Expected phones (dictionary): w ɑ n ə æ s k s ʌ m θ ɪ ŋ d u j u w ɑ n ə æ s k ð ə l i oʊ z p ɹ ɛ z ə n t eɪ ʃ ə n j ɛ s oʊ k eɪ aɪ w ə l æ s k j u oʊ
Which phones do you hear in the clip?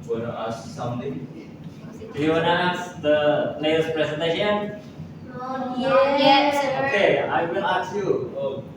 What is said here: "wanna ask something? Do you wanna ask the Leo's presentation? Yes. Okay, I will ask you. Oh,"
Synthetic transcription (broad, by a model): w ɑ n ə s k s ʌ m t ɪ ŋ d u j u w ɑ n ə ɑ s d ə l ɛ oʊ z p ɹ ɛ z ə n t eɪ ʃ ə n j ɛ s oʊ k eɪ aɪ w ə l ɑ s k j u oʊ